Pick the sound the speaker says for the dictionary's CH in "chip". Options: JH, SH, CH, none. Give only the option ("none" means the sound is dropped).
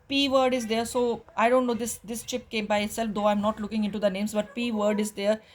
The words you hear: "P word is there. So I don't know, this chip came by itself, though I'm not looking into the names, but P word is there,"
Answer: CH